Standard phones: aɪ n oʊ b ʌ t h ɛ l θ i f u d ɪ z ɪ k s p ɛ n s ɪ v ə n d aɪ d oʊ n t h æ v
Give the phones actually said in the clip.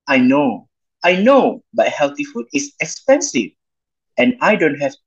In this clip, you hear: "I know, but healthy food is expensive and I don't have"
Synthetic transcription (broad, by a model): aɪ n oʊ b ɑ t h ɛ l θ i f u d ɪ s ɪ k s p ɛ n s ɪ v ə n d aɪ d oʊ n t h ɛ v